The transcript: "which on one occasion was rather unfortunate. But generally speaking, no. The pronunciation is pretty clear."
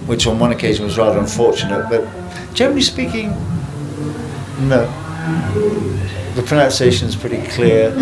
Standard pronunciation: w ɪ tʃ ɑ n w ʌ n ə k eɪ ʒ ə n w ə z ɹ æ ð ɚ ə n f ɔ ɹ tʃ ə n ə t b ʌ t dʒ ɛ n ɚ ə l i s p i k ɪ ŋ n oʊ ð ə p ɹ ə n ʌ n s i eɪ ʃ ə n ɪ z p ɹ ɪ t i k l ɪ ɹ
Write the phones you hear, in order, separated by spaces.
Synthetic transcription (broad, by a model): w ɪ tʃ n w ʌ n ə k eɪ ʒ ə n w ə z ɹ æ ð ɚ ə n f ɔ ɹ tʃ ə n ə t b ʌ t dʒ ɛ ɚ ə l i s p i k ɪ ŋ n oʊ ð ə p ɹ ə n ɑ n s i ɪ ʃ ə n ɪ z p ɹ ɪ t i k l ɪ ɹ